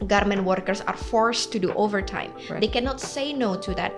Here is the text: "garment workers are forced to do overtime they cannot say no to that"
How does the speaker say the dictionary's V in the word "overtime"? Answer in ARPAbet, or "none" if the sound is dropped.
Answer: V